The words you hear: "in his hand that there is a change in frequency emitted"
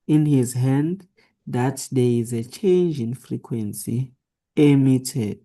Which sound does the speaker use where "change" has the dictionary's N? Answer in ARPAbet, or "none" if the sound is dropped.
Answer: N